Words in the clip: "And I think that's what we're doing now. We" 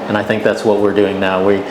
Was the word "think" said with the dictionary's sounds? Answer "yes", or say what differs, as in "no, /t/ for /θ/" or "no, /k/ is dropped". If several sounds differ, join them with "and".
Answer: yes